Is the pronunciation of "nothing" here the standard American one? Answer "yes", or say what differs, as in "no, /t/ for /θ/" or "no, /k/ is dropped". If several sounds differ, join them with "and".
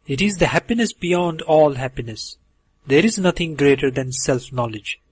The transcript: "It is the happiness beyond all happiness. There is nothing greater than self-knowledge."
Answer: no, /t/ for /θ/